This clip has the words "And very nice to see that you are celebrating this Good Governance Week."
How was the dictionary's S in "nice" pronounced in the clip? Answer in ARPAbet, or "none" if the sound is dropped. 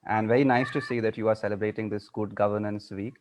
S